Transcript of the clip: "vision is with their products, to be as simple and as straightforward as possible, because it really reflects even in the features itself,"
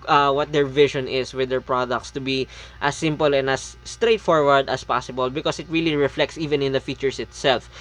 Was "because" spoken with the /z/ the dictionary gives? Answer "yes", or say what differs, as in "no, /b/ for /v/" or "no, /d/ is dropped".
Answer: no, /s/ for /z/